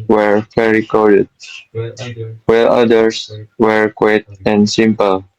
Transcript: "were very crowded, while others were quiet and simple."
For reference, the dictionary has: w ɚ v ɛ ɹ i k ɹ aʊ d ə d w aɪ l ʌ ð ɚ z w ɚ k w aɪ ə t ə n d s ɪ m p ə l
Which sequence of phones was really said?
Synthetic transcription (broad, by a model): w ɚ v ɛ ɹ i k ɔ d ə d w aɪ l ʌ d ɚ s w ɚ k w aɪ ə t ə n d s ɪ m p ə l